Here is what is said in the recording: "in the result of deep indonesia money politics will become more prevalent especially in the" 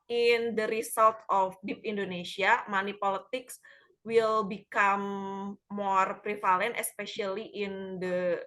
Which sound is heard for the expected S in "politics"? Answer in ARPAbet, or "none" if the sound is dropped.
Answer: S